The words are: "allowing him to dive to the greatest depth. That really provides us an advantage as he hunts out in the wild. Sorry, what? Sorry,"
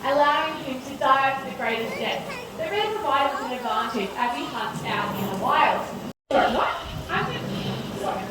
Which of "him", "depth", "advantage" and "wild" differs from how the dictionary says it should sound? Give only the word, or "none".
depth